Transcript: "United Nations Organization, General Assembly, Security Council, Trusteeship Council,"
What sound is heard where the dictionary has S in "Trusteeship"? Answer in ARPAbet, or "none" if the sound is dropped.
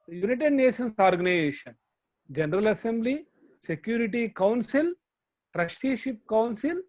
SH